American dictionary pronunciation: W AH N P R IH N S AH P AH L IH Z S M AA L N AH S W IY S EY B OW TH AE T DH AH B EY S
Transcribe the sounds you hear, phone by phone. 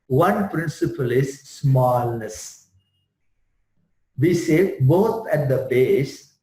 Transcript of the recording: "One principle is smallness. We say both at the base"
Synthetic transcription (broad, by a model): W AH N P R IH N S AH P AH L IH Z S M AA L N AH S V IY S EY B OW T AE T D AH B EY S